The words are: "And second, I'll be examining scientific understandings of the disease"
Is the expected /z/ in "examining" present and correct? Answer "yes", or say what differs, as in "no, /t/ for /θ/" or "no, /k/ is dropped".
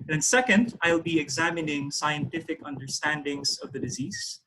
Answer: yes